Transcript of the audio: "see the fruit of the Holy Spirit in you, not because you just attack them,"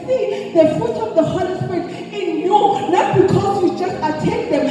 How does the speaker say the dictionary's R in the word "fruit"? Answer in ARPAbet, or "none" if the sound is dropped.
none